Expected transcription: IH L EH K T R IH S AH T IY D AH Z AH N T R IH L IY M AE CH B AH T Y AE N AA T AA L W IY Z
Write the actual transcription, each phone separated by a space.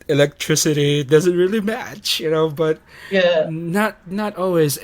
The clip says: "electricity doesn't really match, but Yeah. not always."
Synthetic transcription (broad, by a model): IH L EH K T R IH S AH T IY D AH Z AH N T R IH L IY M AE CH B AH T Y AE N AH T AA L W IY Z